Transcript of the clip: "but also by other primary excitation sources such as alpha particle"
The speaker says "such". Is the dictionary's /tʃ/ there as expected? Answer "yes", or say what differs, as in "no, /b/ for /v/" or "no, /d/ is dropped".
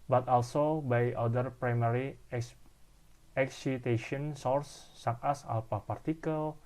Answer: no, /s/ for /tʃ/